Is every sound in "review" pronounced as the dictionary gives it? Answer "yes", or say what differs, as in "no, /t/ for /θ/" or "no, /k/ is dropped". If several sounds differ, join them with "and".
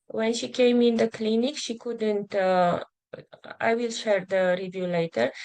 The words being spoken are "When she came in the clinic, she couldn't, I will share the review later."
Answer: yes